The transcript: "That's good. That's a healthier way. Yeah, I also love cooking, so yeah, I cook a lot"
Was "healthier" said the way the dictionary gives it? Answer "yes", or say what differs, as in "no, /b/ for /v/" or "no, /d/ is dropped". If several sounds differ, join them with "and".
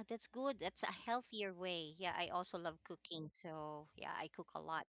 yes